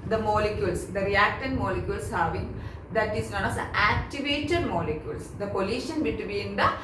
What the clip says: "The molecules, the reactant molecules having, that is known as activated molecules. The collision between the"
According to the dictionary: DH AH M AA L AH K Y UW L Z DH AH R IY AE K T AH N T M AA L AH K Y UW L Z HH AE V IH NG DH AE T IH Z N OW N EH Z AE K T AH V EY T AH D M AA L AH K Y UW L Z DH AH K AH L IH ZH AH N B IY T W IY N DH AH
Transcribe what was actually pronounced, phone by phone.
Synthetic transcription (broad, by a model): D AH M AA L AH K Y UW L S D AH R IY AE K T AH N M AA L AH K Y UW L S HH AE V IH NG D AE T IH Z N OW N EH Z AE K T AH V EY T AH D M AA L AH K Y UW L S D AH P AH L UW SH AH N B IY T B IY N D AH